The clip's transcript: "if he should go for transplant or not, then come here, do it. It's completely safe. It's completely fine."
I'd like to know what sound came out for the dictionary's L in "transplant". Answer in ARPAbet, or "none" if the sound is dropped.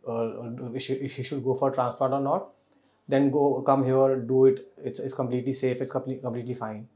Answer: none